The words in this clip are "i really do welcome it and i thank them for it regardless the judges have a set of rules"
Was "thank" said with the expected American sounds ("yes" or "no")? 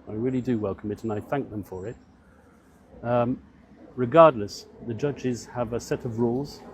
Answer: yes